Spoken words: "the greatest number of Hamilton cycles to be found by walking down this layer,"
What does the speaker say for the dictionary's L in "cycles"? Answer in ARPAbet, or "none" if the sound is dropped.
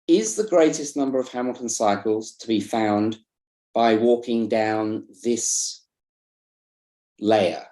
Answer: L